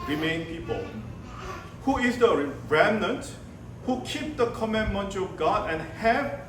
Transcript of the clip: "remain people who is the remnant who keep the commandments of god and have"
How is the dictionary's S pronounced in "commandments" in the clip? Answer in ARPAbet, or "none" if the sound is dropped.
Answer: none